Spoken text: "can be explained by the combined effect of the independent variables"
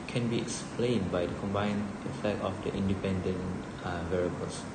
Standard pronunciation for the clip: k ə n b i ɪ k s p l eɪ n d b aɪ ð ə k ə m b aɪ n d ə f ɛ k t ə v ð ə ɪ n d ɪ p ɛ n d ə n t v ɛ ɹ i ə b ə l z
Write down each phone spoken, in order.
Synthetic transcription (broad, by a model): k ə n b i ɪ k s p l eɪ n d b aɪ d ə k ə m b aɪ n ə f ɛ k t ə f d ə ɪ n d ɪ p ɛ n d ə n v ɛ ɹ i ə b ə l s